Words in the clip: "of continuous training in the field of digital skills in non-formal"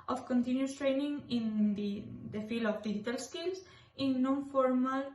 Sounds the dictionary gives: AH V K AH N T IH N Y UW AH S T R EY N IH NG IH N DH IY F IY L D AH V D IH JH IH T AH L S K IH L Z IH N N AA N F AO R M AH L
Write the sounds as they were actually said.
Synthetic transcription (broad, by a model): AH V K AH N T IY N Y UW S T R EY N IH NG IH N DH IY F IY L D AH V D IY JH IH T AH L S K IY L S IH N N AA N F AO R M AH L